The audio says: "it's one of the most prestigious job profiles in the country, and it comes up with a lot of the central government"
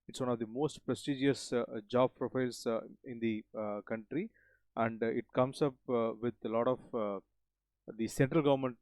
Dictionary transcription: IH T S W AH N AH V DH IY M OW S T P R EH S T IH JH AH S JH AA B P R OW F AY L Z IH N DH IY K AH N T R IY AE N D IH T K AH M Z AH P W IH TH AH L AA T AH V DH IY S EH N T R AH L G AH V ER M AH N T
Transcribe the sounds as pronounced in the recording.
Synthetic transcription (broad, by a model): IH T S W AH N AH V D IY M OW S T P R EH S T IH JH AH S JH AA B P R OW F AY L S IH N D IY K AH N T R IY AE N D IH T K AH M S AH P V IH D AH L AA T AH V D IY S EH N T R AH L G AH V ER M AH N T